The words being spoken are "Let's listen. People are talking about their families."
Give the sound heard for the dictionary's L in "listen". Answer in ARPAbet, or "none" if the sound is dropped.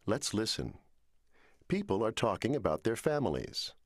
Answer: L